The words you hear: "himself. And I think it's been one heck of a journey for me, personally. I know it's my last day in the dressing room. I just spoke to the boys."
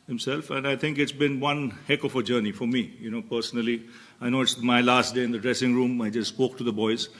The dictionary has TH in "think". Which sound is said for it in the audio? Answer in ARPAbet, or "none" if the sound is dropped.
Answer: T